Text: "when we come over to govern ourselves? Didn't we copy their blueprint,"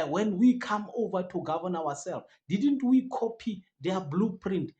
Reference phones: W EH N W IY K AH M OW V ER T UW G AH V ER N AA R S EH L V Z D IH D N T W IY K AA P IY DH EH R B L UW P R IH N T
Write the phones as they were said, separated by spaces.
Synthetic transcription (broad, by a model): W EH N W IY K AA M OW V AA T UW G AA V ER N AA W S EH L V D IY D N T W IY K AA P IY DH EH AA B L UW P R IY N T